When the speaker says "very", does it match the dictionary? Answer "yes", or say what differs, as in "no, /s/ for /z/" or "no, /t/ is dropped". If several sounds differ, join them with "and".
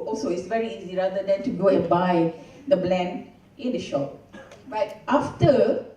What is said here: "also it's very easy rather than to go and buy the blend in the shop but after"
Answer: yes